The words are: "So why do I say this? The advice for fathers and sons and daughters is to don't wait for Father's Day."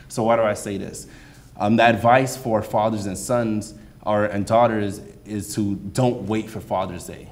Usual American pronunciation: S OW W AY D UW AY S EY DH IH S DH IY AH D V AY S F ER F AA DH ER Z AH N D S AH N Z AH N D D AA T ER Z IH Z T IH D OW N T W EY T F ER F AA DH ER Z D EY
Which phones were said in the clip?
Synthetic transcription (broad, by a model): S OW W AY D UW AY S EY DH IH S DH IY AH D V AY S F ER F AA DH ER Z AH N S AH N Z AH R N D AA T ER Z IH Z T IH D OW N T W EY T F ER F AA DH ER Z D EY